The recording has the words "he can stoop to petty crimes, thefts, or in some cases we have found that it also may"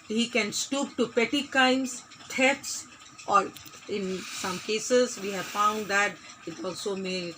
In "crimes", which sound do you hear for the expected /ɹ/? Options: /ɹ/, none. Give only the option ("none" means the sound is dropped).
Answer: none